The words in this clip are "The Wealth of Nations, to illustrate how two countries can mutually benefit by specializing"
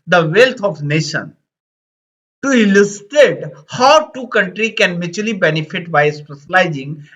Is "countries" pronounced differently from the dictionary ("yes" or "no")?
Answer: yes